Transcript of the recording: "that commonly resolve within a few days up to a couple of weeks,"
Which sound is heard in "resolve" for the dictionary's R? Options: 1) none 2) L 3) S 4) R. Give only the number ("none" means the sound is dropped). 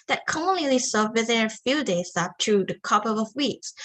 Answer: 2